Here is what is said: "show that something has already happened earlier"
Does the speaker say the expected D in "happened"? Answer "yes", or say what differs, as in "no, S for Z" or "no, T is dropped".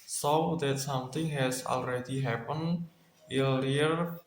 no, D is dropped